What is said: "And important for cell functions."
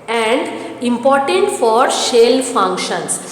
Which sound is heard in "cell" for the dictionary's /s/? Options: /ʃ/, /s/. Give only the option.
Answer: /ʃ/